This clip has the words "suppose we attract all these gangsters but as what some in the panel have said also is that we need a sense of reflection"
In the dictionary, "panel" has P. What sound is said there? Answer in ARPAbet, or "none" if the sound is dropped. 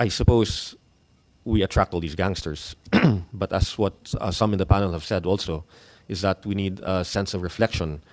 P